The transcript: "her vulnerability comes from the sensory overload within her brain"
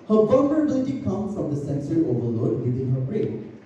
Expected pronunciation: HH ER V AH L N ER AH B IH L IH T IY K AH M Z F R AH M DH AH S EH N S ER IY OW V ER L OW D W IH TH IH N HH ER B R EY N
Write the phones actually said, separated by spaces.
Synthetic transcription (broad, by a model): HH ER B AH N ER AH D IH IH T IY K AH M F R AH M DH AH S EH N S ER IY OW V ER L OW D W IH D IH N HH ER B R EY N